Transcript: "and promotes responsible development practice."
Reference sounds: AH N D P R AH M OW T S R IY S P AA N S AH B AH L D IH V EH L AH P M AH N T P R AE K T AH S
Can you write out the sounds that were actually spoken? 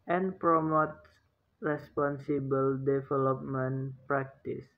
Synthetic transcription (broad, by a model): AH N P R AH M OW T R IY S P AA N S AH B AH L D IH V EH L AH P M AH N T P R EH K T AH S